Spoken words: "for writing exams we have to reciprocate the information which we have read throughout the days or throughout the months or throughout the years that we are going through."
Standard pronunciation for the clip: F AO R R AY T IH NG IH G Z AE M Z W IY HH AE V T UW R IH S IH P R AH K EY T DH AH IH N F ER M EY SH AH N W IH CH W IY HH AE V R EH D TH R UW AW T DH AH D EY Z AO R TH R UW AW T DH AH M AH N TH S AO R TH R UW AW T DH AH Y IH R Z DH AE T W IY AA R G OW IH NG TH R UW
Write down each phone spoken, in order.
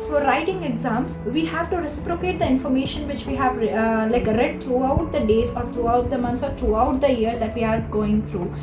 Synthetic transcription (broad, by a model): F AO R R AY T IH NG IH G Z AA M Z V IY HH AE V T UW R IH S IH P R AH K EY T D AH IH N F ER M EY SH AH N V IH CH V IY HH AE V R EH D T R UW AW T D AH D EY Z AO R T R UW AW T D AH M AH N T S AO R T R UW AW T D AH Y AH R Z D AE T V IY AA R G OW IH NG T R UW